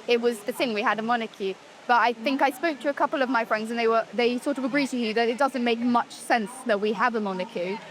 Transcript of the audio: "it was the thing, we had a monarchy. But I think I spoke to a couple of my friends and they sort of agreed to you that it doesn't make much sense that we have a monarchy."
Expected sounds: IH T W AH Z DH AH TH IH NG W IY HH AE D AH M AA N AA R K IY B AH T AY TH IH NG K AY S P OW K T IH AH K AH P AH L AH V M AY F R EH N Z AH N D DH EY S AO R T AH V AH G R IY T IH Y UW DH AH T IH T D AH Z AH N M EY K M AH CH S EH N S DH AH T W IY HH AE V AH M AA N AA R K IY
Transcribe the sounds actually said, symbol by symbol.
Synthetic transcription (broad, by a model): IH T W AH Z DH AH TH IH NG W IY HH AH D AH M AA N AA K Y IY B AH T AY TH IH NG K AY S P OW K T IH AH K AH P L AH V M AY F R EH N Z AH N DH DH EY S AO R T AH V AH G R IY T IH Y UW DH AH T IH T D AH Z AH N M EY K M AH CH S EH N S DH AH T W IY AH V AH M AA N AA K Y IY